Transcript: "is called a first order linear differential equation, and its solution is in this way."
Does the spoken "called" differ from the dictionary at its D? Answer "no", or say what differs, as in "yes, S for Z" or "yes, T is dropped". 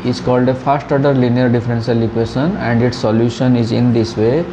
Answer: no